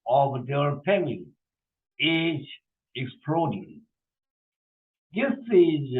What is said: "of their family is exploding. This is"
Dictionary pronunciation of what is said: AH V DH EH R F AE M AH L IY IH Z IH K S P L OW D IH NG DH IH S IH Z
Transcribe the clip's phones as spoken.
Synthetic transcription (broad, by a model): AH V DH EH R P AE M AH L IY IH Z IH K S P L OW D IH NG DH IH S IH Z